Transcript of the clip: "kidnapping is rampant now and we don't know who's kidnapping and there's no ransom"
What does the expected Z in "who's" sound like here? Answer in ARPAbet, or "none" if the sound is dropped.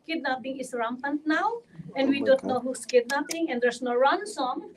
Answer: S